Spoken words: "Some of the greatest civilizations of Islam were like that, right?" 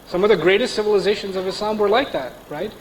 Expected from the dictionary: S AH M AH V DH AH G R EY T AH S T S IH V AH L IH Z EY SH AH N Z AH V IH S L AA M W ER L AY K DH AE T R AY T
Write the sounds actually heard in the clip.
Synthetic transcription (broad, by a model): S AH M AH V DH AH G R EY T AH S T S IH V AH L IH Z EY SH AH N Z AH V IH S AA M W ER L AY K DH AE T R AY T